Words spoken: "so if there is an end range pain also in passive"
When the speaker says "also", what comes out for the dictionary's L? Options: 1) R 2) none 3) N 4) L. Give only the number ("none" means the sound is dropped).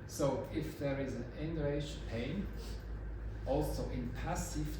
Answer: 4